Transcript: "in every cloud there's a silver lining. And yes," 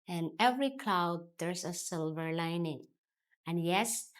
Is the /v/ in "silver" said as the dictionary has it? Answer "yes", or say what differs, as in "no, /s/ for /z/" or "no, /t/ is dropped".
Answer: yes